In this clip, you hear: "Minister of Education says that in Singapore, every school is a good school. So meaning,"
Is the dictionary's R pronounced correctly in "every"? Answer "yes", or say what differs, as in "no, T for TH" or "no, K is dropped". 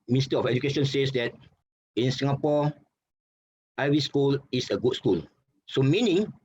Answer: no, R is dropped